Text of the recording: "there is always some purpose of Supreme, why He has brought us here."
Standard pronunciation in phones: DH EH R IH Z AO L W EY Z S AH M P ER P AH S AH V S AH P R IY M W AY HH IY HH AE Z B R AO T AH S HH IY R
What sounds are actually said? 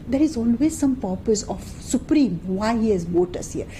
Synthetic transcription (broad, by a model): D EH R IH Z AO L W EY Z S AH M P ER P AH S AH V S AH P R IY M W AY HH IY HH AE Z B AO T AH S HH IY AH